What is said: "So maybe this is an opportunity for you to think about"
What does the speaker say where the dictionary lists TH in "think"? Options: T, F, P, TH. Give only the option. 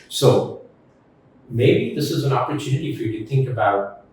TH